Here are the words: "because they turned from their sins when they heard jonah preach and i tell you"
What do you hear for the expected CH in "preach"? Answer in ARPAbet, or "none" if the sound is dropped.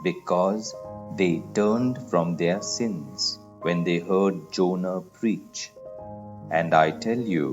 CH